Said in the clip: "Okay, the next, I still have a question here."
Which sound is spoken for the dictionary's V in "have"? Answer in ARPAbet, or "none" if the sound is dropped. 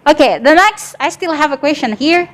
V